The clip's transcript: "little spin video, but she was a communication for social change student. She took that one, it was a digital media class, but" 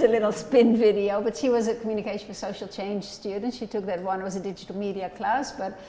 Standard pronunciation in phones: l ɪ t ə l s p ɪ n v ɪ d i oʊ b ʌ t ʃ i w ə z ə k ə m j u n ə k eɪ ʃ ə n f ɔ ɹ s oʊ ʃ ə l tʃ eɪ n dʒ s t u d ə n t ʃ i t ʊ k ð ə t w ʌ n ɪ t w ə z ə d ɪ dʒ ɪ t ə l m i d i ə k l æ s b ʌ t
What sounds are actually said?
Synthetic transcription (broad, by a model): l ɪ t l s p ɪ n v ɪ d i oʊ b ʌ t ʃ i w ə z ə k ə m j u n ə k eɪ ʃ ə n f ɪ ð s oʊ ʃ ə l tʃ eɪ n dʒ s t u d n t ʃ i t ʊ k ð ə t w ʌ n ɪ t w ə z ə d ɪ dʒ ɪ t l m i d i ə k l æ s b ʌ t